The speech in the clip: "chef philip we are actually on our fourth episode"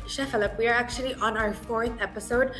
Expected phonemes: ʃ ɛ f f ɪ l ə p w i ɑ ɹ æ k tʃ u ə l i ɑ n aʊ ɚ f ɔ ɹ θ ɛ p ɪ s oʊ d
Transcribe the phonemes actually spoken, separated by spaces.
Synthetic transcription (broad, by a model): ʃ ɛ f f ɪ l ə p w i ɑ ɹ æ k tʃ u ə l i ɑ n aʊ ɚ f ɔ ɹ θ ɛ p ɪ s oʊ d